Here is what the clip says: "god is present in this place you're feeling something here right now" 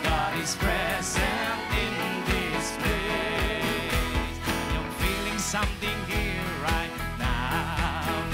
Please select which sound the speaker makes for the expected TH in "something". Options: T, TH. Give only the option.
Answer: TH